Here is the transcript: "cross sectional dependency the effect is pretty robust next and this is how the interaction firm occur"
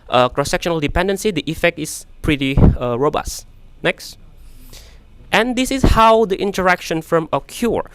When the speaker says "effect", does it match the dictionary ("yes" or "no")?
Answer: yes